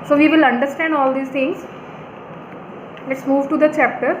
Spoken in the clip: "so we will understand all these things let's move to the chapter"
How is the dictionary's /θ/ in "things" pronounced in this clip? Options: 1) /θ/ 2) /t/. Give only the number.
2